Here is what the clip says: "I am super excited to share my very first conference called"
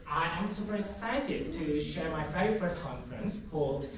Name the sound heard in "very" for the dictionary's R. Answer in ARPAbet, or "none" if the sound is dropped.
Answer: none